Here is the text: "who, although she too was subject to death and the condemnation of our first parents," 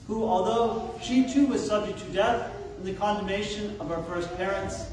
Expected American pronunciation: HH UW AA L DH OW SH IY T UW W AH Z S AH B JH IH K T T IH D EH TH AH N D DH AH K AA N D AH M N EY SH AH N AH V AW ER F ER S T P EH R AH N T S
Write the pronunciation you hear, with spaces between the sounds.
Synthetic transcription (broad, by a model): HH UW AA L DH OW SH IY T UW W AH Z S AH B JH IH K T T IH D EH TH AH N DH AH K AA N D AH M N EY SH AH N AH V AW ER F ER S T P EH R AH N T S